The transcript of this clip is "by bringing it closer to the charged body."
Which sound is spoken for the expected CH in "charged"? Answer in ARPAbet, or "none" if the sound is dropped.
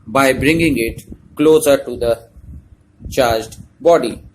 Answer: CH